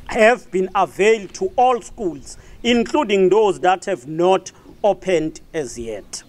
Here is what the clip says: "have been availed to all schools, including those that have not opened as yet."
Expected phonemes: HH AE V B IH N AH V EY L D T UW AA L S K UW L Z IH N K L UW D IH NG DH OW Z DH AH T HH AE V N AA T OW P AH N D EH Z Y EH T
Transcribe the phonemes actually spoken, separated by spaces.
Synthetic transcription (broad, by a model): HH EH V B IH N AH V EY L D T UW AA L S K UW L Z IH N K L UW D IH NG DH OW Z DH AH T HH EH V N AA T OW P AH N D EH Z Y EH T